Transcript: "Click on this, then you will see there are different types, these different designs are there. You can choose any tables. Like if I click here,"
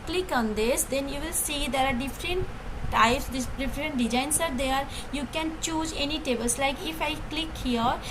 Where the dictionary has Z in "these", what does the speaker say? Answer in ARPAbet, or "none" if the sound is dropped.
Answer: none